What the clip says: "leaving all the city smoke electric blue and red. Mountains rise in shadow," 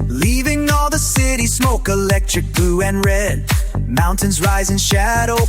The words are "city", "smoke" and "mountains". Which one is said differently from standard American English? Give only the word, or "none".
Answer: none